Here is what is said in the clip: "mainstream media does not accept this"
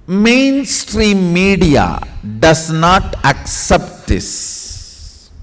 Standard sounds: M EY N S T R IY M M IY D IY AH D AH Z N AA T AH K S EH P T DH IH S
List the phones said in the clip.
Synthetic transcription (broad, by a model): M EY N S T R IY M M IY D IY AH D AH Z N AA T AH K S EH P T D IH S